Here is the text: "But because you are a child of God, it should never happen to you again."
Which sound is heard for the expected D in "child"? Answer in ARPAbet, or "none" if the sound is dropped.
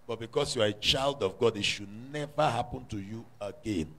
D